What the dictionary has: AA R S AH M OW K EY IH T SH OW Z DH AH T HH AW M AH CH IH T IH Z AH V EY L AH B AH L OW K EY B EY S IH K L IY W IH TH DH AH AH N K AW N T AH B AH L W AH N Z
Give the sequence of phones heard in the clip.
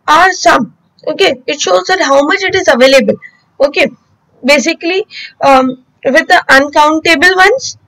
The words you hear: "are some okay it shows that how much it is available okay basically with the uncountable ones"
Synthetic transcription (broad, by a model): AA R S AH M OW K EY IH T SH OW Z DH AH T HH AW M AH CH IH T IH Z AH V EY L AH B AH L OW K EY B EY S IH K L IY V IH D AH AH N K AW N T AH B AH L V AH N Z